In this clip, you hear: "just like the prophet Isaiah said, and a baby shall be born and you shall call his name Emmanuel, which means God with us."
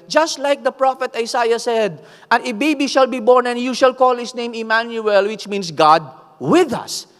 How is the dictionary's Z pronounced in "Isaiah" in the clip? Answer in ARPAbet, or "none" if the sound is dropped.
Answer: S